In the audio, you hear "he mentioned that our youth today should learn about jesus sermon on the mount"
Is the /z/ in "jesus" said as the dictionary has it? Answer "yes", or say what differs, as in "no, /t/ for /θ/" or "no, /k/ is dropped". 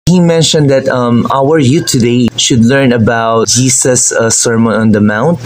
no, /s/ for /z/